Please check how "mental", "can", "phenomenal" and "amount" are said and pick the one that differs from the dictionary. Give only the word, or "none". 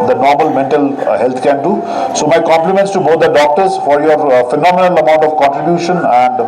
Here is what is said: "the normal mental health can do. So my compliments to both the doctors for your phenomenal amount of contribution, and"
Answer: none